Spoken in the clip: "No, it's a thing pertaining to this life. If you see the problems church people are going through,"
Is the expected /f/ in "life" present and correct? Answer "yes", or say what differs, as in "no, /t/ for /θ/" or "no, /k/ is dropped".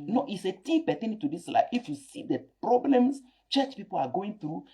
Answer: no, /f/ is dropped